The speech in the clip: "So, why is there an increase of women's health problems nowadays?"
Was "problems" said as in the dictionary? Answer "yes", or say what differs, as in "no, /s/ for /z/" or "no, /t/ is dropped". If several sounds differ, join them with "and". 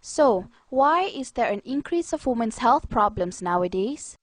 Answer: no, /s/ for /z/